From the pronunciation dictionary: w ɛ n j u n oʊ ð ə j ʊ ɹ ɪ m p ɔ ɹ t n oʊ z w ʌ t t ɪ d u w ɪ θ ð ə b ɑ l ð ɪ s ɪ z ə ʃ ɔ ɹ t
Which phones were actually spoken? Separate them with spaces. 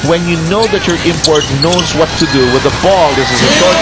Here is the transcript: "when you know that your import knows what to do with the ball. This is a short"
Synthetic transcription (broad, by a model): w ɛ n j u n oʊ ð ə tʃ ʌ ɹ ɪ m p ɔ ɹ t n oʊ z w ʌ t t ɪ d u w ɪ ð ə b ɑ l ð ɪ s ɪ z ə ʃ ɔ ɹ